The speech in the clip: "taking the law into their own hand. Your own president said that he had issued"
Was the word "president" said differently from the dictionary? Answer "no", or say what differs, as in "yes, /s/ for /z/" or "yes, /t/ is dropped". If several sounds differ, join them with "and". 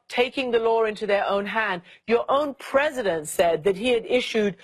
no